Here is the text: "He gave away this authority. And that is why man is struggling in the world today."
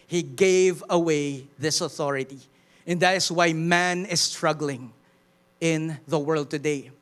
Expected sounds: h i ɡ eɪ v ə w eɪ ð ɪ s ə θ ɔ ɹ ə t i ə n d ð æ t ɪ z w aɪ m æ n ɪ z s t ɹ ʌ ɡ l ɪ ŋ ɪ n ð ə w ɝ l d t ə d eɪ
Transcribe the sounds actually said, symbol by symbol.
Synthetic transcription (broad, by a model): h i ɡ eɪ v ə w eɪ ð ɪ s ə θ ɔ ɹ ə t i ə n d ð æ t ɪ s w aɪ m æ n ɪ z s t ɹ ʌ ɡ l ɪ ŋ ɪ n ð ə w ɝ l d t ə d eɪ